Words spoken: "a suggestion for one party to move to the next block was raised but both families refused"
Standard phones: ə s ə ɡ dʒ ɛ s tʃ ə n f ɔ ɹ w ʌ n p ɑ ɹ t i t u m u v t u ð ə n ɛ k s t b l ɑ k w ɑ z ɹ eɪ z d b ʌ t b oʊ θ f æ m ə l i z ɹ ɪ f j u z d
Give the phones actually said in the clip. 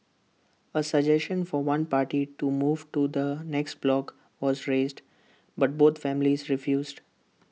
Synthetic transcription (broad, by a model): ə s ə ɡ dʒ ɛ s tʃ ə n f ɔ ɹ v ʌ n p ɑ ɹ t i t u m u v t u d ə n ɛ k s t b l ɑ k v ɑ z ɹ eɪ z d b ʌ t b oʊ t f æ m ə l i z ɹ ɪ f j u z d